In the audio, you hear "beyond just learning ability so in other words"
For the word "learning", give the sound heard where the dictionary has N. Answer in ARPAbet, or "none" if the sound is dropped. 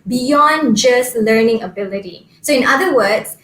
N